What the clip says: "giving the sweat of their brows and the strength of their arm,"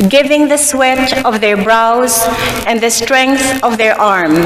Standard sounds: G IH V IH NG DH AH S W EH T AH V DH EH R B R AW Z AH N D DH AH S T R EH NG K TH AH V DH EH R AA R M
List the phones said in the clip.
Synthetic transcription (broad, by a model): G IH V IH NG DH AH S W EH T AH V DH EH R B R AW Z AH N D DH AH S T R EH NG K TH AH V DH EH R AA R M